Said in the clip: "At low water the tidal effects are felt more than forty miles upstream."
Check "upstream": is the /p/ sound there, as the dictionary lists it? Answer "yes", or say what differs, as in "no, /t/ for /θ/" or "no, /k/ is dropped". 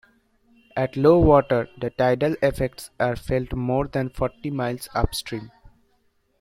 yes